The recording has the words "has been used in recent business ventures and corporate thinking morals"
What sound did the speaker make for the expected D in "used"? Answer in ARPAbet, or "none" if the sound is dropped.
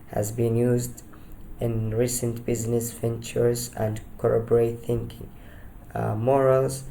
D